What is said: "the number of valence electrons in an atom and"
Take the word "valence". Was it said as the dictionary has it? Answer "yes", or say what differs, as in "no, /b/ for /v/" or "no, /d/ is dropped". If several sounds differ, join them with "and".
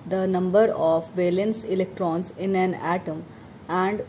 yes